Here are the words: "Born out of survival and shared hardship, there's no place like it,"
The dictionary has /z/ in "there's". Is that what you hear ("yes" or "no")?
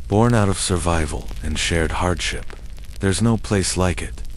yes